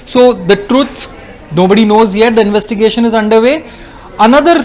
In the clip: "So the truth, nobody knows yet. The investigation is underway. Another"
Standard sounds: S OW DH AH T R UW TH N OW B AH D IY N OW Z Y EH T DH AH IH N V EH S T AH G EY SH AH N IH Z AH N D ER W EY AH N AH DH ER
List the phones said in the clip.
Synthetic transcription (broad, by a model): S OW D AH T R UW S N OW B AH D IY N OW Z Y EH T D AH IH N V EH S T AH G EY SH AH N IH Z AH N D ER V EY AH N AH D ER